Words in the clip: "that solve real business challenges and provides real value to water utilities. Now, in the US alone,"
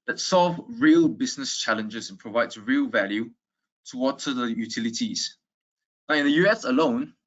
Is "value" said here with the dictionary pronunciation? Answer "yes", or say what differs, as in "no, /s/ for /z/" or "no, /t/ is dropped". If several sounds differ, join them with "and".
yes